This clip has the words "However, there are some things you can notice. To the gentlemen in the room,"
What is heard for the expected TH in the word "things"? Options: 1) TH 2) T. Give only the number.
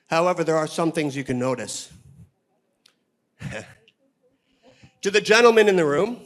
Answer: 1